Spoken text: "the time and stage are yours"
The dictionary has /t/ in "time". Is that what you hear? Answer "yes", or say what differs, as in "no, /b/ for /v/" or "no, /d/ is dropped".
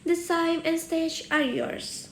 no, /s/ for /t/